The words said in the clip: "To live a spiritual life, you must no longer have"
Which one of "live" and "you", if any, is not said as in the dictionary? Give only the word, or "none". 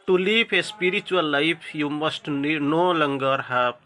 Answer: live